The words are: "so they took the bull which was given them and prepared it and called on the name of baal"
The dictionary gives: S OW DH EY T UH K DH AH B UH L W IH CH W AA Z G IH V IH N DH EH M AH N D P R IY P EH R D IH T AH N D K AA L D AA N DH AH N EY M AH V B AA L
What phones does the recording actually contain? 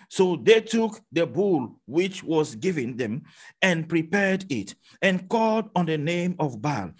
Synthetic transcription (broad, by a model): S OW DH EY T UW K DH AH B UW L W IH CH W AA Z G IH V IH N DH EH M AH N P R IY P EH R D IH T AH N K AA L D AA N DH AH N EY M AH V B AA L